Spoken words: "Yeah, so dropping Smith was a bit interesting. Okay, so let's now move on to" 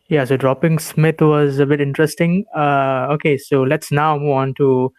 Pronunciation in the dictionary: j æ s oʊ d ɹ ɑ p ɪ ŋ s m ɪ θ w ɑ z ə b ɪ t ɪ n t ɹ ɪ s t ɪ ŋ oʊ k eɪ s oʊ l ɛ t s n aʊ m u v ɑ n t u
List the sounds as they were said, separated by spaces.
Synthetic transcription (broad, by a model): j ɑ s oʊ d ɹ ɑ p ɪ ŋ s m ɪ t w ɑ z ə b ɪ t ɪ n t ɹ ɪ s t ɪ ŋ oʊ k eɪ s oʊ l ɛ t s n aʊ m u v ɑ n t u